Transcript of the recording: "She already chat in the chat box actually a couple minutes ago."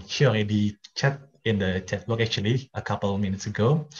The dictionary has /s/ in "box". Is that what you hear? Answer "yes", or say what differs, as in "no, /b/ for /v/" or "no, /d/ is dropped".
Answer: no, /s/ is dropped